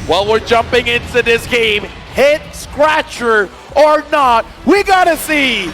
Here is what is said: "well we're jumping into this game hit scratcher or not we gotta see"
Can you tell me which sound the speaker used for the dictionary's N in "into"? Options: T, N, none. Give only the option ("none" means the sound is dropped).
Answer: N